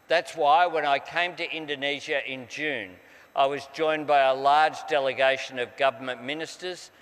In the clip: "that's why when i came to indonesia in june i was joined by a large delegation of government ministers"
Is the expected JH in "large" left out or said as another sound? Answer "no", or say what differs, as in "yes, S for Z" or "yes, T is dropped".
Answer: no